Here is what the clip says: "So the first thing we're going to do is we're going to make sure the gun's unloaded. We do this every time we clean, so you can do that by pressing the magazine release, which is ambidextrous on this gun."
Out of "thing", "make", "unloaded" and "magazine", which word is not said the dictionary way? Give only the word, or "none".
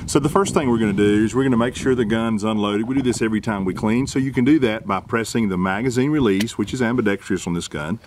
none